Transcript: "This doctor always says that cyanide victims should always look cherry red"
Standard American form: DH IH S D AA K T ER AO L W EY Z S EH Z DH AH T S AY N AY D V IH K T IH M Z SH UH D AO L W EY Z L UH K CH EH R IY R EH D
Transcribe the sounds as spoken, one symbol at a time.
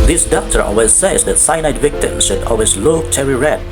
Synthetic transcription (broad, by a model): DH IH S D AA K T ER AO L W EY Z S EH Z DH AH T S AY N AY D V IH K T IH M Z SH UH D AO L W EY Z L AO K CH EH R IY R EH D